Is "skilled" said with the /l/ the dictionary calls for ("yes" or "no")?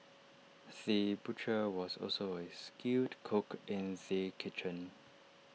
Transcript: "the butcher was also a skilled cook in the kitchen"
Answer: no